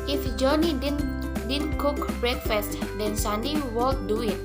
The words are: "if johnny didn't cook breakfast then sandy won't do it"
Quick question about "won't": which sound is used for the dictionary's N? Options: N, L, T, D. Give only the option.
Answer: L